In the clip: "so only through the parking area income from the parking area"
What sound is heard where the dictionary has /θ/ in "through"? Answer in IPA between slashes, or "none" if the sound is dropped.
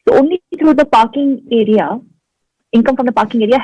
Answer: /t/